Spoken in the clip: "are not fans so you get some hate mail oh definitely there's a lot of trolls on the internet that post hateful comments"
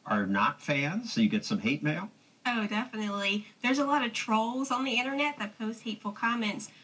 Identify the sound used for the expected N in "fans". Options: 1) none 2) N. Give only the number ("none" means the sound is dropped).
2